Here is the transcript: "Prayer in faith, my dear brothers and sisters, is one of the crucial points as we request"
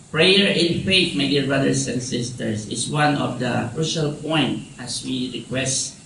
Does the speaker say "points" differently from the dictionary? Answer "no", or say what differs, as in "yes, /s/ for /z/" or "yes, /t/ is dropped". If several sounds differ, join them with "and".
yes, /s/ is dropped